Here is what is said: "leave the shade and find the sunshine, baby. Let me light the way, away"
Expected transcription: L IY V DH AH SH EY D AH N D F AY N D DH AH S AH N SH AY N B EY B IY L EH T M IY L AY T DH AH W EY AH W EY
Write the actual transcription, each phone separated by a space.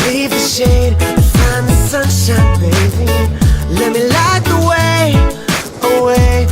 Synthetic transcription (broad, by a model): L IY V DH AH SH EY AH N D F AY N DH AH S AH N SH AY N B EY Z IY L EH T M IY L AY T DH AH W EY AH W EY